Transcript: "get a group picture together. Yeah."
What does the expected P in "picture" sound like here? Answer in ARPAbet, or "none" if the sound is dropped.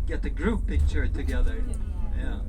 B